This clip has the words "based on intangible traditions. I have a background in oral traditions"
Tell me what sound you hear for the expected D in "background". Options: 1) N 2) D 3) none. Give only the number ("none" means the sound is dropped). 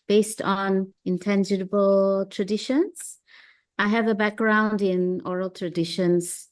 2